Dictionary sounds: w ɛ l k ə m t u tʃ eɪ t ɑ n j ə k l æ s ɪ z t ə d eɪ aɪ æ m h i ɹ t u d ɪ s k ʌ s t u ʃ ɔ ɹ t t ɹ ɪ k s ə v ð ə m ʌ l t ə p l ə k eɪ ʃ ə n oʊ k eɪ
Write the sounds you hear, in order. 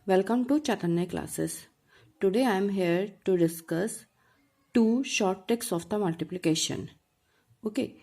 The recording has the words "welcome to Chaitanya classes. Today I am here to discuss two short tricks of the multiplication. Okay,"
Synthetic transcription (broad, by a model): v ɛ l k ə m t u tʃ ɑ t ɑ n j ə k l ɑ s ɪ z t ə d eɪ aɪ m h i ɹ t u d ɪ s k ʌ s t u ʃ ɔ ɹ t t ɛ k s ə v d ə m ʌ l t ə p l ə k eɪ ʃ ə n oʊ k eɪ